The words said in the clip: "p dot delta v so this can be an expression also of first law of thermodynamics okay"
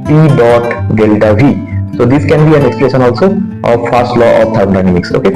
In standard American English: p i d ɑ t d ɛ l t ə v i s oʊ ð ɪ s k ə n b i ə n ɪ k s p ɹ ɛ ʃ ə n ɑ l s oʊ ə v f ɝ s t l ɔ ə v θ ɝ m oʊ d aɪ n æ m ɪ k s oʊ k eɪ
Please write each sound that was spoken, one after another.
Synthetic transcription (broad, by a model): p i d ɑ t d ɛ l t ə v i s oʊ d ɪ s k ə n b i ə n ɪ k s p l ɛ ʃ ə n ɑ l s oʊ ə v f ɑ s t l ɔ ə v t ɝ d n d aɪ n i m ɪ k s oʊ k eɪ